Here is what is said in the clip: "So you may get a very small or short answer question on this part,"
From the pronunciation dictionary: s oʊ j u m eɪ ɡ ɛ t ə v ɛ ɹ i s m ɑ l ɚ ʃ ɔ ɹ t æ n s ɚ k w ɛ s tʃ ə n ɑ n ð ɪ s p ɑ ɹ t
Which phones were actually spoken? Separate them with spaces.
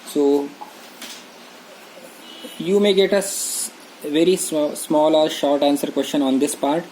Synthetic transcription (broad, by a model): s oʊ j u m eɪ ɡ ɛ t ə v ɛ ɹ i s m ɑ l ɚ ʃ ɔ ɹ t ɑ n s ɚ k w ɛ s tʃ ə n ɑ n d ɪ s p ɑ ɹ t